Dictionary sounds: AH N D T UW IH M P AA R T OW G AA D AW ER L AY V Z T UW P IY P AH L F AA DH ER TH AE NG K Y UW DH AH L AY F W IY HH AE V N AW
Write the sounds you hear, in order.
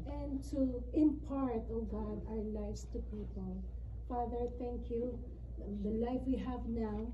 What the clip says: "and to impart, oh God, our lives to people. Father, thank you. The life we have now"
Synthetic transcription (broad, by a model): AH N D T UW IH M P AA R T OW G AA D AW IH L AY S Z T UW P IY P AH L F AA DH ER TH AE NG K Y UW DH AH L AY F W IY HH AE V N AW